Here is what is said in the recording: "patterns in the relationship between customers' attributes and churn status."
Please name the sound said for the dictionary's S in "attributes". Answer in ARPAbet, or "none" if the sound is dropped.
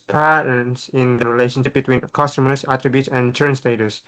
S